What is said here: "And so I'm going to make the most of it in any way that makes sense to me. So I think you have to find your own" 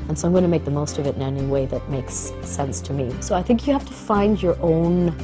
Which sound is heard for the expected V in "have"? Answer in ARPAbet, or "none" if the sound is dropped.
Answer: F